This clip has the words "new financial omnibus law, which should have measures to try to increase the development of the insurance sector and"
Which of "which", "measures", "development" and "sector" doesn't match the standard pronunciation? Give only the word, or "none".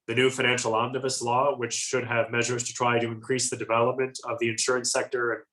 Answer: none